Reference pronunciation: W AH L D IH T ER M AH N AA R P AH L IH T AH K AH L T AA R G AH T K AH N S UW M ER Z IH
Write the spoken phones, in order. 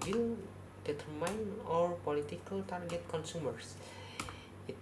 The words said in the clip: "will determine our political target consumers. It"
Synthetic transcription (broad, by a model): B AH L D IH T M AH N AA R P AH L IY T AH K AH L T AA R G AH T K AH N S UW M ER S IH